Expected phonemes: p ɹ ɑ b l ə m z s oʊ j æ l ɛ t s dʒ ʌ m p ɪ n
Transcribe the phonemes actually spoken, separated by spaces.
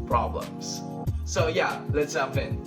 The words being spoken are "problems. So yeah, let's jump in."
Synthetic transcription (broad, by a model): p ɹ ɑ b l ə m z s oʊ j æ l ɛ t s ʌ p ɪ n